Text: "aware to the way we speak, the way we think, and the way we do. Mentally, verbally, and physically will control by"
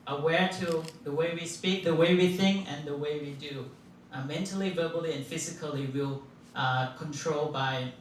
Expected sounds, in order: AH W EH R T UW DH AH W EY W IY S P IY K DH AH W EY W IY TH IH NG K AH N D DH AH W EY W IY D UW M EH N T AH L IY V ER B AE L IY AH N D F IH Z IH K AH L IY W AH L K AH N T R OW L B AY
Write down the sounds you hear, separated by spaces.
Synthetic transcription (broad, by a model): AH W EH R T UW DH AH W EY W IY S P IY K DH AH W EY W IY TH IH NG K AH N DH AH W EY W IY D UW M EH N T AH L IY V ER B L IY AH N F IH Z IH K AH L IY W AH L K AH N T R OW L B AY